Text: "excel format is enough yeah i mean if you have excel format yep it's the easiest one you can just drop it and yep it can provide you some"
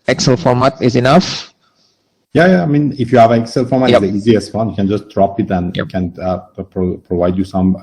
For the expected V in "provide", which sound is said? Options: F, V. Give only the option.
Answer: V